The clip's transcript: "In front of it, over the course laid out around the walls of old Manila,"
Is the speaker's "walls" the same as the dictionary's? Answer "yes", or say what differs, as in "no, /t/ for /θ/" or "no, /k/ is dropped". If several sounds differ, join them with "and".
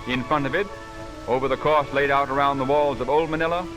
yes